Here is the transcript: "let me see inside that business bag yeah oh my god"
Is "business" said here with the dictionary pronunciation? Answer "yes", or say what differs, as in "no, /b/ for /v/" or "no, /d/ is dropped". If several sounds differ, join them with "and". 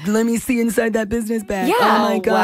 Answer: yes